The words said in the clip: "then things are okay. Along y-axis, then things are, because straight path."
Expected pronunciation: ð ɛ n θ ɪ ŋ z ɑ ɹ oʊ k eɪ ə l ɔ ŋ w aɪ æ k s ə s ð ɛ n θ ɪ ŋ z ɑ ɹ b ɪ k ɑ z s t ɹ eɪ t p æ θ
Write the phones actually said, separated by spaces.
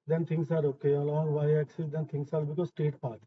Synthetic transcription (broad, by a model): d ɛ n t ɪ ŋ s ɑ ɹ oʊ k eɪ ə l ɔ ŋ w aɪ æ k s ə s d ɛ n t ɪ ŋ s ɑ ɹ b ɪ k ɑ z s t eɪ t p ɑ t